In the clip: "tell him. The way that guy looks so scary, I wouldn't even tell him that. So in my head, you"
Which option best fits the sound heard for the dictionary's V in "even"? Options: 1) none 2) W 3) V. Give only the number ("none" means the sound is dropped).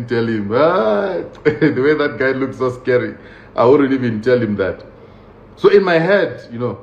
3